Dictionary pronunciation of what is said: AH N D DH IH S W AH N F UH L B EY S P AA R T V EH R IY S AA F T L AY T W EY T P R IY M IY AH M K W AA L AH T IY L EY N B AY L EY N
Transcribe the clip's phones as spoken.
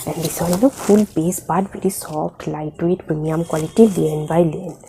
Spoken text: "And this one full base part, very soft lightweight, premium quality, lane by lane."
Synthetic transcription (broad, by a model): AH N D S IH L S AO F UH L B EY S B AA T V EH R IY S AA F T L AY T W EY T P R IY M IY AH M K W AA L AH T IY L EY N B AY L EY N